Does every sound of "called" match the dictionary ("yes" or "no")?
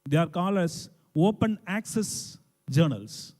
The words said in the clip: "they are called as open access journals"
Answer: no